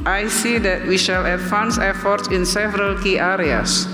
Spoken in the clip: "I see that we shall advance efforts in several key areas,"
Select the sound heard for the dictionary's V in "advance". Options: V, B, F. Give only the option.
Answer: F